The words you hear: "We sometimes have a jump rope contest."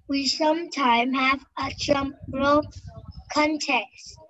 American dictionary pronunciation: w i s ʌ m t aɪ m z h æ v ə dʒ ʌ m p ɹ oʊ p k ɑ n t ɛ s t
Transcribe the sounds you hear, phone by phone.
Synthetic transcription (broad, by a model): w i s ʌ m t aɪ m h æ v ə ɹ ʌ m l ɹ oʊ k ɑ n t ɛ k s